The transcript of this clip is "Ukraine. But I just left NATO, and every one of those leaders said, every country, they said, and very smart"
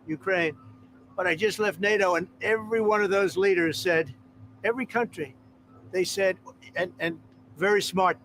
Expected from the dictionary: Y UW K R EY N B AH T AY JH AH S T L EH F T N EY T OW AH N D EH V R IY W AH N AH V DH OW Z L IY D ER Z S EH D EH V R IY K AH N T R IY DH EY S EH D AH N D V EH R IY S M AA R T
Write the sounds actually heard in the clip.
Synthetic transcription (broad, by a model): Y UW K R EY N B AH T AY JH AH S T L EH F T N EY T OW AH N EH V R IY W AH N AH V DH OW Z L IY D ER Z S EH D EH V R IY K AH N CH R IY DH EY S EH D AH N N V EH R IY S M AA R T